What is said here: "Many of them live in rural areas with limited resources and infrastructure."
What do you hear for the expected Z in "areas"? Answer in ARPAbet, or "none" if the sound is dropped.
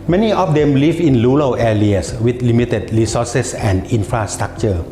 S